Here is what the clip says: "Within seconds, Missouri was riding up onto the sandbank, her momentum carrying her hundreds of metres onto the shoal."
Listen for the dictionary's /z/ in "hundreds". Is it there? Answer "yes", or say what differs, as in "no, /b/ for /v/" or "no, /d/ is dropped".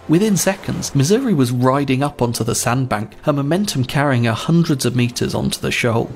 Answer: yes